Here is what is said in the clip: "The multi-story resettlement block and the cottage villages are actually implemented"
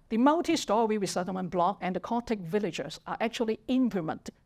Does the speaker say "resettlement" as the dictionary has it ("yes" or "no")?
no